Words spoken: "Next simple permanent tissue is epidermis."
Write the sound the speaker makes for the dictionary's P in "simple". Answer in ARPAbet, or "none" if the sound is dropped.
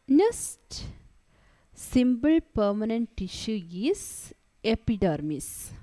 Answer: B